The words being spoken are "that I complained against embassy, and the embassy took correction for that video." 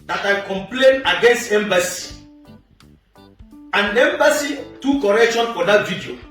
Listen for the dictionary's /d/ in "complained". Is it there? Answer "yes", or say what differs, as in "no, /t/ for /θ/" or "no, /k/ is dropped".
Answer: no, /d/ is dropped